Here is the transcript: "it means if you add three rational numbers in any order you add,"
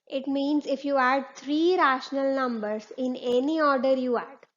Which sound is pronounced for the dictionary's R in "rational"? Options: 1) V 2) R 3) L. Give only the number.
2